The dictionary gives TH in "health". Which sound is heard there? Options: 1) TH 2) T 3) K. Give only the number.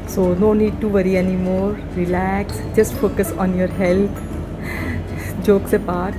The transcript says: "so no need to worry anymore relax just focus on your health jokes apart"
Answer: 2